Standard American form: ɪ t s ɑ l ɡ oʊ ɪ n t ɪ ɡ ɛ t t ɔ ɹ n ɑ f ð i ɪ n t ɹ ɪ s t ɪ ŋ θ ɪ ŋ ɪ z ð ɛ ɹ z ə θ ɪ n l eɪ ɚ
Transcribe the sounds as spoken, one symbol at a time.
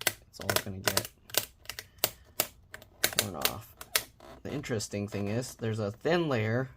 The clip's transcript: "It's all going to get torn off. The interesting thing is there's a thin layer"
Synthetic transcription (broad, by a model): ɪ t s ɑ l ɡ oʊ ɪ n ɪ ɡ ɛ t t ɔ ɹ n ɑ f ð i ɪ n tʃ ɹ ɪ s t ɪ ŋ θ ɪ ŋ ɪ z ð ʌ ɹ z ə θ ɪ n l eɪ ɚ